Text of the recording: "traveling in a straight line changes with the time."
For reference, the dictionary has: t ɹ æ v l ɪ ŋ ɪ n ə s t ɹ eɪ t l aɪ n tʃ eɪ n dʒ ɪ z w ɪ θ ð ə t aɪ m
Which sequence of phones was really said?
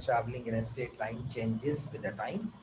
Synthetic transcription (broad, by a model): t ɹ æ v l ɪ ŋ ɪ n ə s t eɪ t l aɪ n tʃ eɪ n dʒ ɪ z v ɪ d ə t aɪ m